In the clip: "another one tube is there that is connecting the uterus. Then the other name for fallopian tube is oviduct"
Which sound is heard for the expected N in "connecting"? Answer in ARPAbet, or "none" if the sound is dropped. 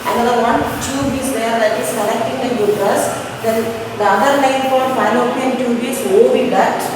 L